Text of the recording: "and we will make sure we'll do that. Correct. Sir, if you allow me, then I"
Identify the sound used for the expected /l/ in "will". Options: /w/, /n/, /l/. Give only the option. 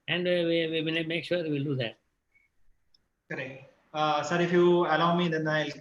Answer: /n/